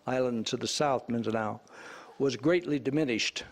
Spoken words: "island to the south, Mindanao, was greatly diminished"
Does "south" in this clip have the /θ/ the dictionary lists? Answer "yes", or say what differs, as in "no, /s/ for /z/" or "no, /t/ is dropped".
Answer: yes